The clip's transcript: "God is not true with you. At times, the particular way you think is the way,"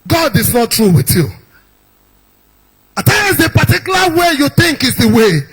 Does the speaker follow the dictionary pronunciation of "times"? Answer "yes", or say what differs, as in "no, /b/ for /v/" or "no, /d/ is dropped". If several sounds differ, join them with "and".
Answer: no, /m/ is dropped